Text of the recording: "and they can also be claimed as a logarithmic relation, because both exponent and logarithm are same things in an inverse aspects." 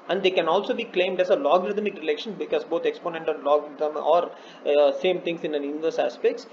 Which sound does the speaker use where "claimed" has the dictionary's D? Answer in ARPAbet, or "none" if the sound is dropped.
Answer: D